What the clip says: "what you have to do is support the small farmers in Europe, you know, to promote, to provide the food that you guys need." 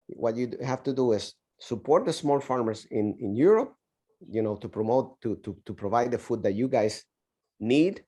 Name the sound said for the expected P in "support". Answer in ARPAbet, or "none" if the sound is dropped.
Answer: P